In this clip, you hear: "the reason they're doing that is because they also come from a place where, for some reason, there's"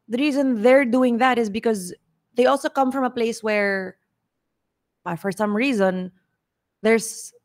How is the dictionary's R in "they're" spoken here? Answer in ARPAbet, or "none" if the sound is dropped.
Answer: R